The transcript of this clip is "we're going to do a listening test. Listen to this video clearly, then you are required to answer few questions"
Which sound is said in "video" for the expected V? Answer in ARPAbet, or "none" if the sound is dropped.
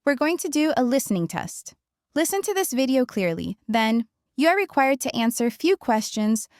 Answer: V